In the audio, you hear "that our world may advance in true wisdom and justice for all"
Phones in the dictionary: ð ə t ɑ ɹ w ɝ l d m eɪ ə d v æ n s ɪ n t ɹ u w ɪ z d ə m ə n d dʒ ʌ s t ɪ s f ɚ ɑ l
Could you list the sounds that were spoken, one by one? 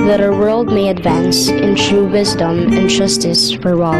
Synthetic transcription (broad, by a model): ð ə t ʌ w ɝ l d m eɪ ə d v æ n s ɪ n t ɹ u w ɪ z d ə m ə n dʒ ʌ s t ɪ s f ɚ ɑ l